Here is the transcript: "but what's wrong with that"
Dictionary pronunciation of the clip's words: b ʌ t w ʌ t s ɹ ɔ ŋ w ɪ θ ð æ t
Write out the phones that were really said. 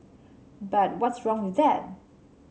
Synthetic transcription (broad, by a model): b ʌ t w ʌ t s ɹ ɔ ŋ w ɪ ð æ t